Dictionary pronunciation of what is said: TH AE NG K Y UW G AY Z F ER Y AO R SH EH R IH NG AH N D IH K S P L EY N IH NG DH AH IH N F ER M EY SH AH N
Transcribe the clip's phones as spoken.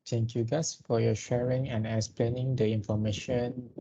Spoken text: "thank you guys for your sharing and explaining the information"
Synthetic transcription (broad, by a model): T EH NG K Y UW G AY S F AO Y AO SH EH R IH NG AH N IH K S P L EY N IH NG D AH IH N F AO M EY SH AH N